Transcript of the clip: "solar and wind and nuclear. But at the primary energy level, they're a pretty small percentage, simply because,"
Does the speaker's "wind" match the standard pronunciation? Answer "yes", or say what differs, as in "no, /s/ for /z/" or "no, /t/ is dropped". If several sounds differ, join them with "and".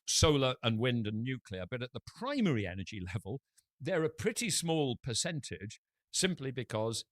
yes